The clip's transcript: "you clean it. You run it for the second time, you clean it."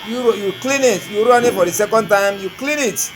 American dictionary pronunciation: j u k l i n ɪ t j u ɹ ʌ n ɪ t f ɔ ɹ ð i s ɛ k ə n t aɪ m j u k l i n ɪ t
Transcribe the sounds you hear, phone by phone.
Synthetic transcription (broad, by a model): j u k l i n ɪ t j u ɹ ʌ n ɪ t f ɔ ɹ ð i s ɛ k ə n t aɪ m j u k l i n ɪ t